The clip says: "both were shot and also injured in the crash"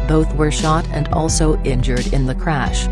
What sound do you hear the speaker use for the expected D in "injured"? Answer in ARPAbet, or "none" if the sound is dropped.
D